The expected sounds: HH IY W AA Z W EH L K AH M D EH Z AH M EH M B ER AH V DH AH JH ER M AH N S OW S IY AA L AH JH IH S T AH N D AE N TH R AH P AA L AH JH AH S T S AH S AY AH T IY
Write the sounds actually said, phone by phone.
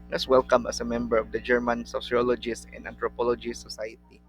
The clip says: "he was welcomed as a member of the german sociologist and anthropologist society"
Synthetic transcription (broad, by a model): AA S W EH L K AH M AH S AH M EH M B ER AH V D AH JH ER M AH N S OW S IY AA L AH JH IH S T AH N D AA N T R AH P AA L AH JH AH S S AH S AY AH T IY